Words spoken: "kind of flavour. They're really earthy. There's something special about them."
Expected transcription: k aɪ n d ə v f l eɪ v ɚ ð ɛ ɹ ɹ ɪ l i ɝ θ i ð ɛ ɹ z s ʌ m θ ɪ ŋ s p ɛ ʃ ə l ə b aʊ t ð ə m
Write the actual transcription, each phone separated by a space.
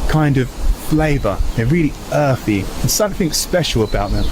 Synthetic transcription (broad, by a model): k aɪ n d ə v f l eɪ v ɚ ð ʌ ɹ ɹ ɪ l i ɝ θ i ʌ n s ʌ m θ ɪ ŋ s p ɛ ʃ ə l ə b aʊ t ð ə m